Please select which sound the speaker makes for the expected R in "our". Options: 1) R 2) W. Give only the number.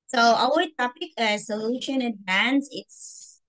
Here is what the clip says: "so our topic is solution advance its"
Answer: 2